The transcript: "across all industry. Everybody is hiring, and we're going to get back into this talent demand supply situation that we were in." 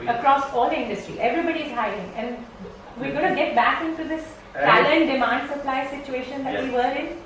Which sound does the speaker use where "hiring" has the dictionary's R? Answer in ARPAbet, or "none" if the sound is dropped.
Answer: none